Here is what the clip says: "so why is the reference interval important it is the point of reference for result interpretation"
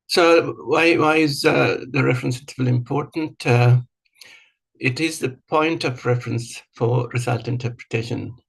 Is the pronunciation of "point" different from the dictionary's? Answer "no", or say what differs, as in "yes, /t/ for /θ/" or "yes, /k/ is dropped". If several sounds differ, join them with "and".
no